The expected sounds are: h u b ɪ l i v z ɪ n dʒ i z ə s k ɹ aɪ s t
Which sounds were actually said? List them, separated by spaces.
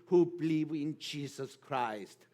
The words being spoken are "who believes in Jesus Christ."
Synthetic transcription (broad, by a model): h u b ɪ l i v ɪ n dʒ i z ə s k ɹ aɪ s t